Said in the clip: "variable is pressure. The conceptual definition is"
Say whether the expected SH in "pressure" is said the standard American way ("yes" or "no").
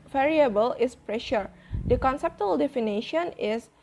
yes